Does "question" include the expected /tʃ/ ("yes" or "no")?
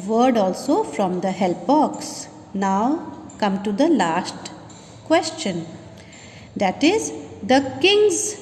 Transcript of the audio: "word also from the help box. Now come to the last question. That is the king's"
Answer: yes